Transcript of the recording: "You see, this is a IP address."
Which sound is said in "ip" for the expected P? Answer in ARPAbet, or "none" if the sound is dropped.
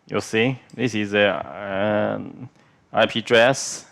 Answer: P